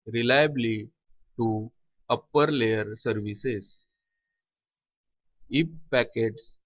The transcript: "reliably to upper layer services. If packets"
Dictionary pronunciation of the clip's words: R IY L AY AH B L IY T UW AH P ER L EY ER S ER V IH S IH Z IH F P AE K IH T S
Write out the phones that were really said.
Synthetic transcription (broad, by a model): R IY L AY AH B L IY T UW AH P ER L EY ER S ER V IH S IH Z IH P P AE K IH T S